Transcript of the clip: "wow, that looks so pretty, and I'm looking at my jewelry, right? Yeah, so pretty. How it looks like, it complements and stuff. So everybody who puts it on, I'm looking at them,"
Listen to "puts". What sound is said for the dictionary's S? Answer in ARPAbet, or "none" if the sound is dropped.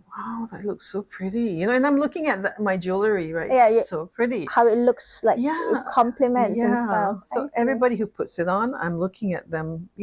S